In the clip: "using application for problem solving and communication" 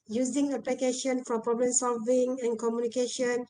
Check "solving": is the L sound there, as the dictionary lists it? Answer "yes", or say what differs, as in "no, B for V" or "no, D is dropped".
yes